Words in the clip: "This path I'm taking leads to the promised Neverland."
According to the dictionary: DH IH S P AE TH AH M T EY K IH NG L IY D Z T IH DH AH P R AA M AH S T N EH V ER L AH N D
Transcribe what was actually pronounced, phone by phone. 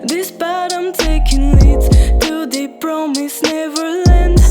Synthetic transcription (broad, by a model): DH IH S B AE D AH M T EY K IH NG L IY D T IH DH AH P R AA M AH S N EH V ER L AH N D